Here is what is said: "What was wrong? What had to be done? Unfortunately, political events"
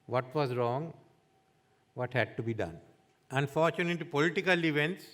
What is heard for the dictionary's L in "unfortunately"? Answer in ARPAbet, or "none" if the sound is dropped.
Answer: none